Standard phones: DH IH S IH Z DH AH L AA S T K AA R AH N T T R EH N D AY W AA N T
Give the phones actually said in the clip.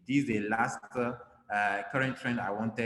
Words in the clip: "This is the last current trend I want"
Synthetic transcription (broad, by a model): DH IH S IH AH L AA S T K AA R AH N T T R EH N D AY W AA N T